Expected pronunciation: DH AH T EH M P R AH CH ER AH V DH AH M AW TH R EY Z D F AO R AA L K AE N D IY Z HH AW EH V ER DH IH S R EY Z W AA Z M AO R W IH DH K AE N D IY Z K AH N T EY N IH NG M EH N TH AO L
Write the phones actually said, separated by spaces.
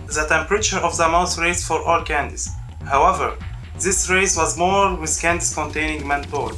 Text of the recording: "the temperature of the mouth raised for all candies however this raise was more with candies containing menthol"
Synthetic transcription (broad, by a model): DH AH T EH M P R AH CH ER AH V DH AH M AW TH R EY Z F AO R AA L K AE N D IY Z HH AW EH V ER DH IH S R EY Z W AA Z M AO R W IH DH K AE N D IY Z K AH N T EY N IH NG M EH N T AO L